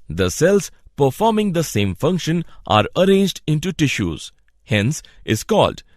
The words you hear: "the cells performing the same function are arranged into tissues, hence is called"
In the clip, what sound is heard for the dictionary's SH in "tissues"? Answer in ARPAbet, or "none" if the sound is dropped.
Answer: SH